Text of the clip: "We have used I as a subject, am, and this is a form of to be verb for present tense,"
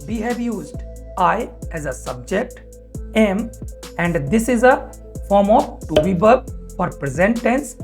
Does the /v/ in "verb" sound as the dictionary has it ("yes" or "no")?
no